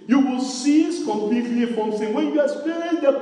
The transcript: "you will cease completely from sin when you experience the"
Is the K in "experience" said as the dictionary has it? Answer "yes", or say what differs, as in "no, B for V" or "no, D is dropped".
no, K is dropped